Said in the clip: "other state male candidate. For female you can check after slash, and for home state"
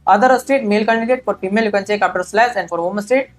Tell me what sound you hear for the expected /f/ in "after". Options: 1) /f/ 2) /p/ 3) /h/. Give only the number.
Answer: 2